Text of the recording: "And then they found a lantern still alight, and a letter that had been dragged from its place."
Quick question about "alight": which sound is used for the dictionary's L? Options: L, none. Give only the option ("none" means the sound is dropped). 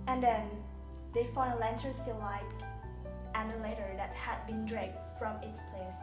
none